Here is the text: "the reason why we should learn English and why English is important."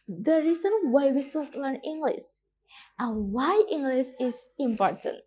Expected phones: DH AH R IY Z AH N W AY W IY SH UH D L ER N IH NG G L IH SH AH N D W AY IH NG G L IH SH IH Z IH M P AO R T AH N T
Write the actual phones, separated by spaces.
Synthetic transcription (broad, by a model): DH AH R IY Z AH N W AY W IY S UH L L ER N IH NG G L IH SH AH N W AY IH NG G L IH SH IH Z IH M P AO R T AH N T